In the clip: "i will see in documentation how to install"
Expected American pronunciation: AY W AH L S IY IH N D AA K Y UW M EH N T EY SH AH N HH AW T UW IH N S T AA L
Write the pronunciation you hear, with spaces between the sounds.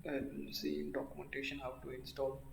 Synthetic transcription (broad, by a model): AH N S IY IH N D AA K Y UW M EH N T EY SH AH N HH AW T UW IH N S T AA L